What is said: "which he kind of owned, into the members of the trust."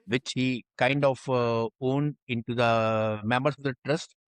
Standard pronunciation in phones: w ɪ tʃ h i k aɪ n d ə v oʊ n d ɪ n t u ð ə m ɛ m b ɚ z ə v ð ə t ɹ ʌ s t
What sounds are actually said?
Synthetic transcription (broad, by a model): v ɪ tʃ h i k aɪ n d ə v oʊ n d ɪ n t u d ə m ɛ m b ɚ s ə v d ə t ɹ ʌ s t